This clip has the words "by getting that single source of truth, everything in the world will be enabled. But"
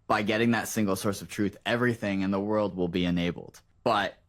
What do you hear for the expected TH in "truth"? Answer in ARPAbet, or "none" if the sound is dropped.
TH